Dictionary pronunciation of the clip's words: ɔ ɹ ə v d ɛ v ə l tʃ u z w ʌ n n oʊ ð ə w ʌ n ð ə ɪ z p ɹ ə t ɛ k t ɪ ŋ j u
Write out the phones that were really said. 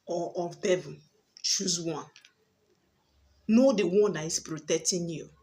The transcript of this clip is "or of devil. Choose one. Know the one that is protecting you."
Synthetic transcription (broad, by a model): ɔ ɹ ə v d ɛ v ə n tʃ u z w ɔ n n oʊ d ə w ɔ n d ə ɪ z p ɹ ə t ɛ k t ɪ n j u